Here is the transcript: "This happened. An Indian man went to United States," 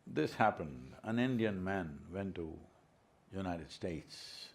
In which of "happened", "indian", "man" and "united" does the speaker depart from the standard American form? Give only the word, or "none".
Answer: none